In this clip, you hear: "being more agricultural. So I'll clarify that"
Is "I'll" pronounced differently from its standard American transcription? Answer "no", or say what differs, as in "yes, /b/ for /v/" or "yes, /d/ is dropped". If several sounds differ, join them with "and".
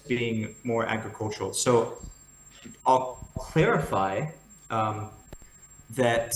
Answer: no